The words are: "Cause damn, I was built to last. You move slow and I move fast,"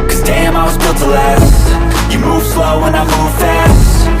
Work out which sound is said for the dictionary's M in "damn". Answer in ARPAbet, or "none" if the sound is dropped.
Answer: M